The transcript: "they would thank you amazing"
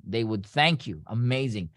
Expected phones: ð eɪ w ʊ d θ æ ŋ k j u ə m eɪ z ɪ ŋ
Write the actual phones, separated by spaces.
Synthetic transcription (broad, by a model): ð eɪ w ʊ d θ æ ŋ k j u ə m eɪ z ɪ ŋ